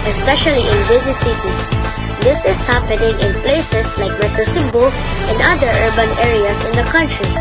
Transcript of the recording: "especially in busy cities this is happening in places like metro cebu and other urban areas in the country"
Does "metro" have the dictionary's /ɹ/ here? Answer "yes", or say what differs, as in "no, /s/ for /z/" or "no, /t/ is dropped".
no, /ɹ/ is dropped